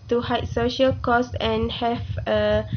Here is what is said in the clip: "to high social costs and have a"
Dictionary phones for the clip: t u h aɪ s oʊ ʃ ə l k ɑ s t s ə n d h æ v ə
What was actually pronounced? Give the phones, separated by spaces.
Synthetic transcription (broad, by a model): t u h aɪ s oʊ ʃ ə l k ɑ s s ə n h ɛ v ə